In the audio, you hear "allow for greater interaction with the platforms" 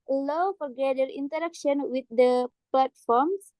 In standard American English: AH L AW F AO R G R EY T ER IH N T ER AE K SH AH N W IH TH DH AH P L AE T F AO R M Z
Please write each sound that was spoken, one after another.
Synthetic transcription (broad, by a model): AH L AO F AO R G EY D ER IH N T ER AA K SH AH N W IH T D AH P L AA T F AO R M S